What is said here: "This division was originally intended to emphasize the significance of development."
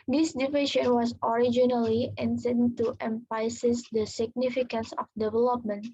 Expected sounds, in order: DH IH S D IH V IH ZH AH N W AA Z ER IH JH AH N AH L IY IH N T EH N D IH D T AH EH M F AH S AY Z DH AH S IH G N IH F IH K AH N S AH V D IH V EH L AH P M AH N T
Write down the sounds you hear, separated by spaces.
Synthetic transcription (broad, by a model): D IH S D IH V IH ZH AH N W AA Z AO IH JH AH N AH L IY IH N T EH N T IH T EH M P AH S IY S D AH S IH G N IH F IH K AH N S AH F D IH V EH L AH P M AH N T